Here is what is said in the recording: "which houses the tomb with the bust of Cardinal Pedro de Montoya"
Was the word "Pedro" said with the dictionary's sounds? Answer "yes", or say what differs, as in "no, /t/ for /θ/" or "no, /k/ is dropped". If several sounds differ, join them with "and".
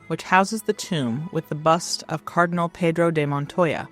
yes